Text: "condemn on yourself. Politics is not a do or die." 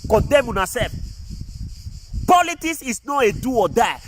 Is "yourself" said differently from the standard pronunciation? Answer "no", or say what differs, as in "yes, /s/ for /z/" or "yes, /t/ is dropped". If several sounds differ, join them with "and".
yes, /l/ is dropped